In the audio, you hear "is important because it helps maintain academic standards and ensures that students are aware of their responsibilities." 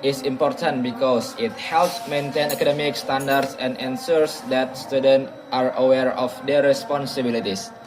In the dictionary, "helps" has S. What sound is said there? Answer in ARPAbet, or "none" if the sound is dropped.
S